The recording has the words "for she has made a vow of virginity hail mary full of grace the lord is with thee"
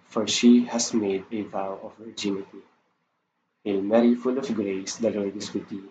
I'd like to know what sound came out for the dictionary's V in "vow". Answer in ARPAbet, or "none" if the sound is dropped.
V